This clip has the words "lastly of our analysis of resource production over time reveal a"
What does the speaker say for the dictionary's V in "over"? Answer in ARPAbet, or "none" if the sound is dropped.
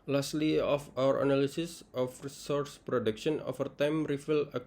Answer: F